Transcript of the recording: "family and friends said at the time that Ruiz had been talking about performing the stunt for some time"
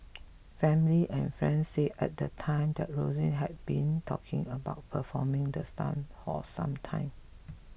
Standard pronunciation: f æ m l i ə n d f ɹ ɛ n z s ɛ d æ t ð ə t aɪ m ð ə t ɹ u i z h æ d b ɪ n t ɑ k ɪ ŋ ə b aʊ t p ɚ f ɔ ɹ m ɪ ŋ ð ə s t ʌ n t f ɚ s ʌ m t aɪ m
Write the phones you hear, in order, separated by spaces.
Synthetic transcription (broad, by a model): f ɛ m l i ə n f ɹ ɛ n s ɛ ɛ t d ə t aɪ m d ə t ɹ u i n h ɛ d b ɪ n t ɑ k ɪ ŋ ə b aʊ t p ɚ f ɔ m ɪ ŋ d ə s t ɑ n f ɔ s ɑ m t aɪ m